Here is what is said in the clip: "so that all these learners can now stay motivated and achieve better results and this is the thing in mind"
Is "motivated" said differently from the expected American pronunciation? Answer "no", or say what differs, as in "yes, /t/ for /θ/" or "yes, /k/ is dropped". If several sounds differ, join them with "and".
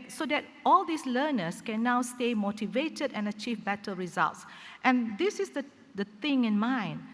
no